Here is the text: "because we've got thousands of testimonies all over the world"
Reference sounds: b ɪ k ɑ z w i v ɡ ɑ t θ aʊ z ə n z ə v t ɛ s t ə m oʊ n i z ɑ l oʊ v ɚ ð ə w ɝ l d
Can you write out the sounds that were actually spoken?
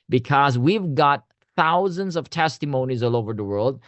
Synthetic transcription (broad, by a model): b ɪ k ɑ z w i v ɡ ɑ t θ aʊ z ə n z ə v t ɛ s t ə m oʊ n i z ɑ l oʊ v ɚ ð ə w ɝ l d